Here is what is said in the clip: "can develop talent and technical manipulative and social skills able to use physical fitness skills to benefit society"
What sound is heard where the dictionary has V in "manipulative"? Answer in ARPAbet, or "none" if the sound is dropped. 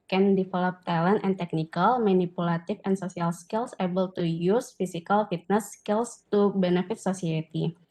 F